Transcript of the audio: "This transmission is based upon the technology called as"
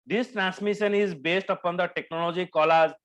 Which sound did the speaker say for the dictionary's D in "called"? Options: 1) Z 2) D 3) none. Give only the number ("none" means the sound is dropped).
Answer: 3